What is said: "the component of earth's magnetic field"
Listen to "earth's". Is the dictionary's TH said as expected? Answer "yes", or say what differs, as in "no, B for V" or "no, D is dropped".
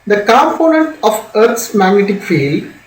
no, T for TH